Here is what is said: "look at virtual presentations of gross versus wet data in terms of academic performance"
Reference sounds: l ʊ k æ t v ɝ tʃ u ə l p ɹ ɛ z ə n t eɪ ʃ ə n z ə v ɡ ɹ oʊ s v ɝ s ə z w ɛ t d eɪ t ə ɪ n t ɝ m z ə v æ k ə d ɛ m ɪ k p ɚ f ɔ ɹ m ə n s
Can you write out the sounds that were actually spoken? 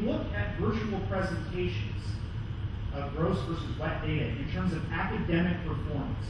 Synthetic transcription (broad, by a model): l ʊ k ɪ t v ɝ tʃ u l p ɹ ɛ z ə n t eɪ ʃ ə n z ə v ɡ ɹ oʊ s v ɝ s ə z w ɛ t d eɪ t ə ɪ n t ɝ m z ə v æ k ə d ɛ m ɪ k p ɚ f ɔ ɹ m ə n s